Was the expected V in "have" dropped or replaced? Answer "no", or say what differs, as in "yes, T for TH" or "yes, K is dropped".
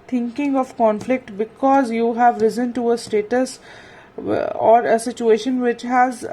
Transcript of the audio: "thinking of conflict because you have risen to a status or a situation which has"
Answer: no